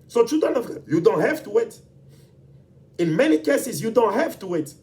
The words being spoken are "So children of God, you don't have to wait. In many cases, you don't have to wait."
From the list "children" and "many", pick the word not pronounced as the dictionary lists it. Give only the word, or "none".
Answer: children